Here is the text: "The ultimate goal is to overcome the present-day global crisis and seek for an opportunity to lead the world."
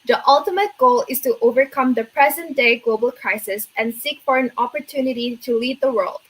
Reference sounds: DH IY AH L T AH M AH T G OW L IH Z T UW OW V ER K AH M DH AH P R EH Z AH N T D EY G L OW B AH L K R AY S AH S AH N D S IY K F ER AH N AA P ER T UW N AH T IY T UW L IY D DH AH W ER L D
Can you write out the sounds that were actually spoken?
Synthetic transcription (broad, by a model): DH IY AH L T AH M AH T G OW L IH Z T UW OW V ER K AH M DH AH P R EH Z AH N T D EY G L OW B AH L K R AY S AH S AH N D S IY K F ER AH N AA P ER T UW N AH T IY T UW L IY D DH AH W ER L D